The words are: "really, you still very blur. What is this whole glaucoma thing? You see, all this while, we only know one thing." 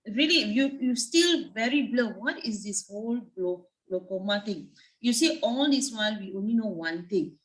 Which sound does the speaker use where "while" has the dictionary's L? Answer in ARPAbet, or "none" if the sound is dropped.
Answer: N